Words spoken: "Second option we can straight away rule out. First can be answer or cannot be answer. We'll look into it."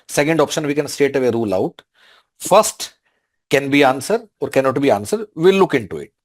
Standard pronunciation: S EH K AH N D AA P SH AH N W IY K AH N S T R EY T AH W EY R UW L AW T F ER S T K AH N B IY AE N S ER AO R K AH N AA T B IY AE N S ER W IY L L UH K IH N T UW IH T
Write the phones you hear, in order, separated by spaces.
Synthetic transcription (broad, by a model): S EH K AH N D AA P SH AH N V IY K AH N S T EY T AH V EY R UW L AW T F ER S T K AH N B IY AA N S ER AO R K AH N AA T B IY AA N S ER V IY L L UH K IH N T UW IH T